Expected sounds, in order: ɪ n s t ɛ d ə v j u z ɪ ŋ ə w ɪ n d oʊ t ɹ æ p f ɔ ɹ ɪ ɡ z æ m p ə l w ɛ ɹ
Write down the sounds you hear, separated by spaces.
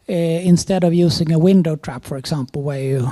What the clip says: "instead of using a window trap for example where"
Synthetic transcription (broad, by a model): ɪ n s t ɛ d ə v j u s ɪ ŋ ə w ɪ n d oʊ t ɹ æ p f ɔ ɹ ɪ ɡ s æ m p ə l w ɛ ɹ